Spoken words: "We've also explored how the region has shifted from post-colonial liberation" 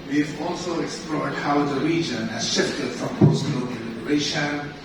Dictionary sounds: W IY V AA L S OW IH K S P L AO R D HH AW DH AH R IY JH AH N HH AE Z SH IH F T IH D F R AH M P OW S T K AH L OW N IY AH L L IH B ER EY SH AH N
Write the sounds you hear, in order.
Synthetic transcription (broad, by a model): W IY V AA L S OW IH K S P L AO R D HH AW DH AH R IY JH AH N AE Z SH IH F T IH D F R AH M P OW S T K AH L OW IY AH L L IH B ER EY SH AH N